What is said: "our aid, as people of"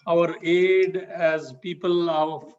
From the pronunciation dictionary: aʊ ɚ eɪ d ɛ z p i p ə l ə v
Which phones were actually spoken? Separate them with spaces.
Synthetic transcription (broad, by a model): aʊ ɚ eɪ d ɛ z p i p ə l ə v